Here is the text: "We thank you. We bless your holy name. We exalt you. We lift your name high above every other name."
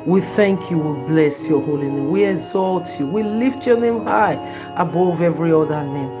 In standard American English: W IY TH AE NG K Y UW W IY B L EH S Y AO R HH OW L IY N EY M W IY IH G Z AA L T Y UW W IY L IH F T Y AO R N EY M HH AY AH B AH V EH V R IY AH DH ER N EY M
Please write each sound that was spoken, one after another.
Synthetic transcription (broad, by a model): W IY TH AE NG K Y UW W IY B L EH S Y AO HH OW L IY N EY M W IY IH G Z AA L T Y UW W IY L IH F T Y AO N EY M HH AY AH B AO V EH V R IY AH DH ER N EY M